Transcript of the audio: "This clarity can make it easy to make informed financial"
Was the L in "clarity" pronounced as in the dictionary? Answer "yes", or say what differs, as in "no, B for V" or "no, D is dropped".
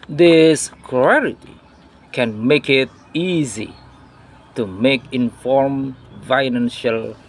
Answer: no, L is dropped